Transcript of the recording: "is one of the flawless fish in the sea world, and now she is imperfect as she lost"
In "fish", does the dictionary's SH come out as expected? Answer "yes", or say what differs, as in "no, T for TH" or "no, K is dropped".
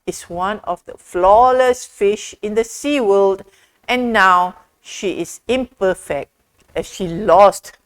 yes